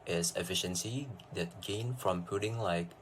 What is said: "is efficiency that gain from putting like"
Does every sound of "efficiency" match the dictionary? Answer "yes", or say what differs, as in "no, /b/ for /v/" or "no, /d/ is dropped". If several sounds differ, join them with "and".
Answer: yes